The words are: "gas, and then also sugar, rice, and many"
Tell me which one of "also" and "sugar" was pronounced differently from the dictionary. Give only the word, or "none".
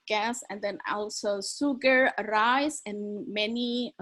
sugar